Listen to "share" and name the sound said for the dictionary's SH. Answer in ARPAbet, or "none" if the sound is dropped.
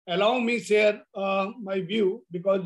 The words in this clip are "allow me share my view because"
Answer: S